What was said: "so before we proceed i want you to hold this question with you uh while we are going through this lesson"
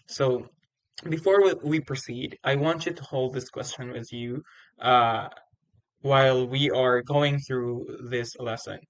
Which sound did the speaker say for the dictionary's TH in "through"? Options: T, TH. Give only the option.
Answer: TH